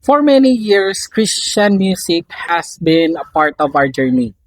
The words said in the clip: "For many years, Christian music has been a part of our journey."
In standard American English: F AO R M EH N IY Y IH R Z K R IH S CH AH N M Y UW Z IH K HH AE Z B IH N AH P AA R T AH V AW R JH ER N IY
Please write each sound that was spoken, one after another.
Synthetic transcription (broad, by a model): F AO R M EH N IY Y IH R S K R IH S CH AH N M Y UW S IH K HH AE S B IH N AH P AA R T AH V AW R JH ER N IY